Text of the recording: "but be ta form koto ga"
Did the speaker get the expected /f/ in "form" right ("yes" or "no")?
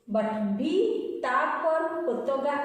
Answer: no